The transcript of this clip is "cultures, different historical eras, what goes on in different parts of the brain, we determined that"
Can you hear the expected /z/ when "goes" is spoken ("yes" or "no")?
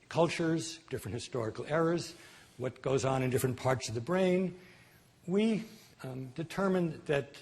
yes